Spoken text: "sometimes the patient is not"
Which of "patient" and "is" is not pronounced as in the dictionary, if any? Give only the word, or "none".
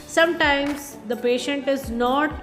none